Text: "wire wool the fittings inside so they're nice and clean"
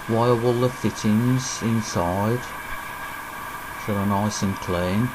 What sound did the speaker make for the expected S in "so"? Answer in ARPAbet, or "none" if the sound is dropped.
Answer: SH